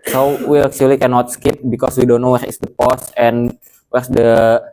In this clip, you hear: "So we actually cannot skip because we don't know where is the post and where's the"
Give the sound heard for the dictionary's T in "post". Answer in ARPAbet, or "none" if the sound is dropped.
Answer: none